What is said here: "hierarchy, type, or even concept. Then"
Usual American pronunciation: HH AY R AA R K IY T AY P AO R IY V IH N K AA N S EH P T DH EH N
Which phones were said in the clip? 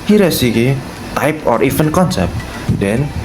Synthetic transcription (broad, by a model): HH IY R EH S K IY T AY P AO R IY F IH N K AA N S EH P T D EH N